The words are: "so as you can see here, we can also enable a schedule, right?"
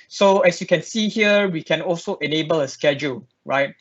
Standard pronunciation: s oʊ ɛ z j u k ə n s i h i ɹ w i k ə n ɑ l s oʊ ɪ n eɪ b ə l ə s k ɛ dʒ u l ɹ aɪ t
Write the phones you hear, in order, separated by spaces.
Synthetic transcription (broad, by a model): s oʊ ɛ s j u k ə n s i h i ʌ w i k ə n ɑ l s oʊ ɪ n eɪ b ə l ə s k ɛ dʒ u l ɹ aɪ t